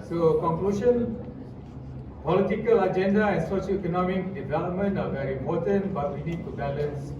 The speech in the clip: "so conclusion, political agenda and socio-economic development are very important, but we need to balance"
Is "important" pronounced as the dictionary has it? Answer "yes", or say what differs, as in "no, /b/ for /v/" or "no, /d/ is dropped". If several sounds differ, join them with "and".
no, /p/ is dropped